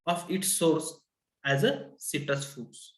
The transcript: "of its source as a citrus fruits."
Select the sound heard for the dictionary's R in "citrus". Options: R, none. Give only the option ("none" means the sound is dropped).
none